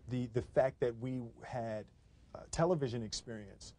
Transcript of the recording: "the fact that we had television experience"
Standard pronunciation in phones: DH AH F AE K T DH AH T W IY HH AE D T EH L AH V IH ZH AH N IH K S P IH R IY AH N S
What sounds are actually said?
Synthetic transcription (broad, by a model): DH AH F AE K T DH AH T W IY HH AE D T EH L AH V IH ZH AH N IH K S P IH R IY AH N S